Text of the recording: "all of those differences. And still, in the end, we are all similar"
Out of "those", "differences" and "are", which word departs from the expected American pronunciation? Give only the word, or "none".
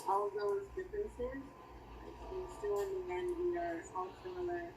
none